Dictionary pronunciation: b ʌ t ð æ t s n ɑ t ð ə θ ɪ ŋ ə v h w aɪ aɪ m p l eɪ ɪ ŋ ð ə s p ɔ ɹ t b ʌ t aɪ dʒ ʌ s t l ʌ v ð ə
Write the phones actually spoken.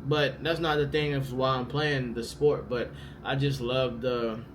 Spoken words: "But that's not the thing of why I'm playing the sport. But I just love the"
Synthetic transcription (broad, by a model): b ʌ t ð æ t s n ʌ t ð ə θ ɪ ŋ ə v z w aɪ aɪ m p l eɪ ɪ ŋ ð ə s p ɔ ɹ t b ʌ t aɪ dʒ ʌ s t l ʌ v ð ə